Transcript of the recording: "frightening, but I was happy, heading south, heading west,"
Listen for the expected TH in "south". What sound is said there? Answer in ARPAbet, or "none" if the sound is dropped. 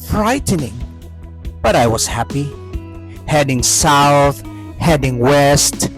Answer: TH